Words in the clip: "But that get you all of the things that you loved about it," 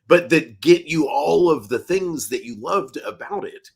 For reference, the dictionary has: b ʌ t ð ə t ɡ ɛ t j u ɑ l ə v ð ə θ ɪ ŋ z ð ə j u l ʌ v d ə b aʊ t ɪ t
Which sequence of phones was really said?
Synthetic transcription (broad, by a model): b ʌ t ð ə t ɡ ɛ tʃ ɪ ɑ l ə v ð ə θ ɪ ŋ z ð ə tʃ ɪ l ʌ v d ə b aʊ t ɪ t